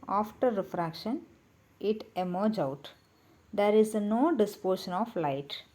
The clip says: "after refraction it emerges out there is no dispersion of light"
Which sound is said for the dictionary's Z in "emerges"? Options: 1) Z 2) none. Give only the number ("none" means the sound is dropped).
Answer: 2